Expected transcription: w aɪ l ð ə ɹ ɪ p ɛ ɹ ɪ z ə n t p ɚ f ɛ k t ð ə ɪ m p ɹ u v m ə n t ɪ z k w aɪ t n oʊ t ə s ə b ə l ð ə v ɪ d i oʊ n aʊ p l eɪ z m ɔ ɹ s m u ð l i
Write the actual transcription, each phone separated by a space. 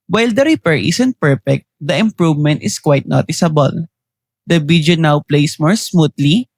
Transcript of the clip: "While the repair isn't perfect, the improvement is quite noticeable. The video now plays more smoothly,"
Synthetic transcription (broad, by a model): w aɪ l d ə ɹ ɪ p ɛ ɹ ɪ s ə n t p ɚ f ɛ k t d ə ɪ m p ɹ u v m ə n t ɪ s k w aɪ t n oʊ t ə s ə b ə l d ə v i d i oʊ n aʊ p l eɪ s m ɔ ɹ s m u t l i